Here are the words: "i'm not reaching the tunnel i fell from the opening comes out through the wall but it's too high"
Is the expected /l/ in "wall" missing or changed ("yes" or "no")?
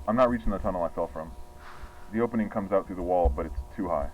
no